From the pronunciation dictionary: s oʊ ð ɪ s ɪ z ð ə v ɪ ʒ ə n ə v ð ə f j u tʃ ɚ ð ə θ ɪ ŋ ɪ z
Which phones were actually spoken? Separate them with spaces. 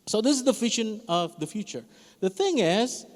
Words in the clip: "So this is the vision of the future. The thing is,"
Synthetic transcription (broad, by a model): s oʊ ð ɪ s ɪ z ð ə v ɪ ʃ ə n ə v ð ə f j u tʃ ɚ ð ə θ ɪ ŋ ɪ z